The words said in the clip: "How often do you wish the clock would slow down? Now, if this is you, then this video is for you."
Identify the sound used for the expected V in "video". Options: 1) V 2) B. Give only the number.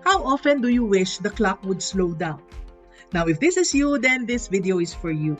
1